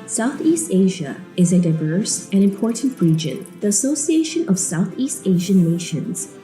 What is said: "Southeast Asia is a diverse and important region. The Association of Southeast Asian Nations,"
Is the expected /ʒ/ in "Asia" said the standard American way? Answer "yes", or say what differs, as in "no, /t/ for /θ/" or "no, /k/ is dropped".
yes